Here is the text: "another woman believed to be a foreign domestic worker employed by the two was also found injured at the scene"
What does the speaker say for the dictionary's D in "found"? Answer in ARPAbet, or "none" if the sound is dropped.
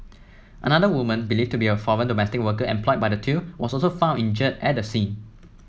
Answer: none